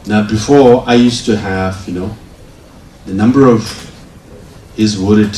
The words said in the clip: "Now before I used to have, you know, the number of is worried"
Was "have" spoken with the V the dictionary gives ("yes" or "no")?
yes